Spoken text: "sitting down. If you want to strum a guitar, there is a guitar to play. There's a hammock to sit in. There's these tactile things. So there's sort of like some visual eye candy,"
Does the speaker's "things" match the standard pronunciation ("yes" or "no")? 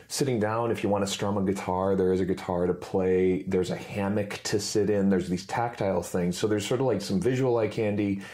yes